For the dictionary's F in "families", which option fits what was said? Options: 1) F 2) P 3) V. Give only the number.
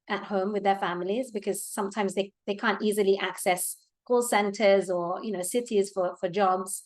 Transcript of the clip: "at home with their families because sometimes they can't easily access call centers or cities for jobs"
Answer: 1